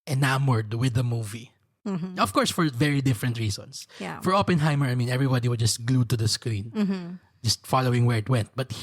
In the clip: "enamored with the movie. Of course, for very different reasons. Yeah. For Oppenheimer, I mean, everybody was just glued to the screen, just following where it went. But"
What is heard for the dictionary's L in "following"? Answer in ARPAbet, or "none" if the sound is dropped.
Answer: L